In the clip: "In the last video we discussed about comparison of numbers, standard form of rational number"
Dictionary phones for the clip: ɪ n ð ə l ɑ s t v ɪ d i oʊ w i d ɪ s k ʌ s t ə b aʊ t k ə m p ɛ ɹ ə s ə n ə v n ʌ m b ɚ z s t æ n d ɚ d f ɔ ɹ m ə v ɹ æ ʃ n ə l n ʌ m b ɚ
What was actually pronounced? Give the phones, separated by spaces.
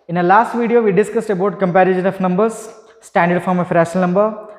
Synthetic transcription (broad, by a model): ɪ n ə l ɑ s t v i d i oʊ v i d ɪ s k ʌ s t ə b aʊ t k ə m p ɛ ɹ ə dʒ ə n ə f n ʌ m b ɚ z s t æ n d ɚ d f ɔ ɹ m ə f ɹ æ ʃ ə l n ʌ m b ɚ